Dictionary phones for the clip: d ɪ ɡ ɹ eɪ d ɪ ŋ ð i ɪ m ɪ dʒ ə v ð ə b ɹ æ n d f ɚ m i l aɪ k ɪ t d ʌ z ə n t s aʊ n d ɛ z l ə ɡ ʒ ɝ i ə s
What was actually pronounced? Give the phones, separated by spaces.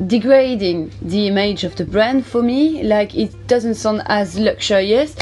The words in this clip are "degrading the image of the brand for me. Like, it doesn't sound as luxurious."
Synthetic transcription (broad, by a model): d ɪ ɡ ɹ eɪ d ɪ ŋ ð i ɪ m ɪ dʒ ə v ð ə b ɹ æ n d f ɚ m i l aɪ k ɪ t d ʌ z ə n t s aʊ n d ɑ z l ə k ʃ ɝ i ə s